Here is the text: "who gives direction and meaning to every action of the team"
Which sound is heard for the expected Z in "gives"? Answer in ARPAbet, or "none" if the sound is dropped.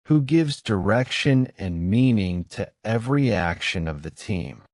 Z